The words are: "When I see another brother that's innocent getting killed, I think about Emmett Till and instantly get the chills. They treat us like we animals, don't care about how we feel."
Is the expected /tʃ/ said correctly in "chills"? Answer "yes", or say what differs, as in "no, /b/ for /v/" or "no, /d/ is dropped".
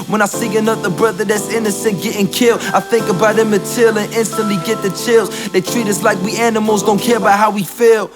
yes